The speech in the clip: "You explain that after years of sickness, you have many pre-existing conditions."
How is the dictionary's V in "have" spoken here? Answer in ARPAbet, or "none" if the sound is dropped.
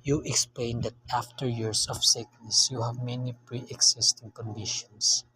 V